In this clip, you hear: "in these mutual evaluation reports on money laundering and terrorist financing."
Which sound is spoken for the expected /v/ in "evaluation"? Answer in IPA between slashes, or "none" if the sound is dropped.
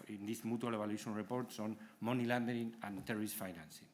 /b/